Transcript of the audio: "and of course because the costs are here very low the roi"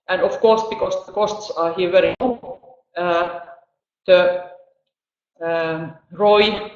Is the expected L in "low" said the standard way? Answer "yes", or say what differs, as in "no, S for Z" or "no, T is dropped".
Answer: no, N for L